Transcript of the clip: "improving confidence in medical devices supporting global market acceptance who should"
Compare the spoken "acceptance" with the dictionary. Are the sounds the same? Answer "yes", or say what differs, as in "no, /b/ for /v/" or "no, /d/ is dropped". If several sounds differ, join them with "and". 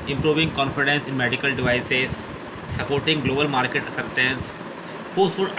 no, /k/ is dropped